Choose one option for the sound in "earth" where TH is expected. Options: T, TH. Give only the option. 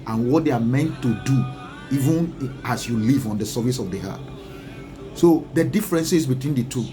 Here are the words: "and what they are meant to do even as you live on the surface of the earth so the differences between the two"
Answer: T